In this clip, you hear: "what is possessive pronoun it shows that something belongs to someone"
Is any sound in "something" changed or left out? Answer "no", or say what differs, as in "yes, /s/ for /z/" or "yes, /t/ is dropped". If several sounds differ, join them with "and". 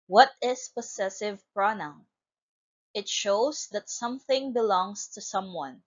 no